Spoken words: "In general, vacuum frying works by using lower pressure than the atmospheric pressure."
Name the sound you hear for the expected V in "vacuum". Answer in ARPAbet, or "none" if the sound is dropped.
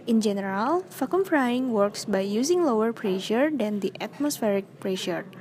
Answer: F